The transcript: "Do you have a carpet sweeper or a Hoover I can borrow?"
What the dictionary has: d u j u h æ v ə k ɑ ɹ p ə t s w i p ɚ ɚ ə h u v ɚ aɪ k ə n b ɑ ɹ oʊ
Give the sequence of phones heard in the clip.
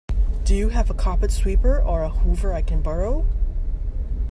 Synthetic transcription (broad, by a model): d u j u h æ v ə k ɑ p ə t s w i p ɚ ɚ ə h u v ɚ aɪ k ə n b ɑ ɹ oʊ